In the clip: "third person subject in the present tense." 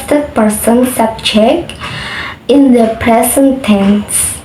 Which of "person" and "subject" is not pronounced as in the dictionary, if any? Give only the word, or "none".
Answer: subject